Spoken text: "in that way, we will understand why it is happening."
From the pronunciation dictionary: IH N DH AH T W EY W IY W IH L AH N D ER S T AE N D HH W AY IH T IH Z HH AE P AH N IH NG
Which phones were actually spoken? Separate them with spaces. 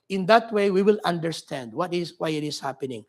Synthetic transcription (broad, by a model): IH N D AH T W EY W IY W IH L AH N D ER S T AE N D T W AY IH T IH S HH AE P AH N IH NG